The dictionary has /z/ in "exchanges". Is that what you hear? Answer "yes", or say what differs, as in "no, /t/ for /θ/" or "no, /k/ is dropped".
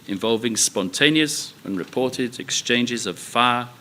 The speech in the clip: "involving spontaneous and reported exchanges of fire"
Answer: yes